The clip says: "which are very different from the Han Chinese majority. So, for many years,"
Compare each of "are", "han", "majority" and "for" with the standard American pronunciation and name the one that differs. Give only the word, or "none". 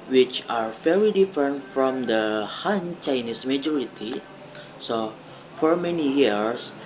none